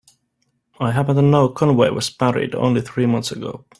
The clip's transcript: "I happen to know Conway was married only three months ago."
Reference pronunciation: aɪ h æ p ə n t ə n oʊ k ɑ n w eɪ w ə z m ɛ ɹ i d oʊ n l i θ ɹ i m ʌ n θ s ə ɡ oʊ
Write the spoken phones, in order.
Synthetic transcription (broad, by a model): aɪ h æ p ə n t ə n oʊ k ɑ n w eɪ w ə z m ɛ ɹ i d oʊ n l i θ ɹ i m ʌ n θ s ə ɡ oʊ